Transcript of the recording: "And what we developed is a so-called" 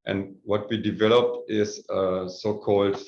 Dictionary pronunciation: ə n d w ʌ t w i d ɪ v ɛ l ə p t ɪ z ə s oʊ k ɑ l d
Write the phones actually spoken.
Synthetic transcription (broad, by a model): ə n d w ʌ t w i d ɪ v ɛ l ə p t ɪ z ə s oʊ k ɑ l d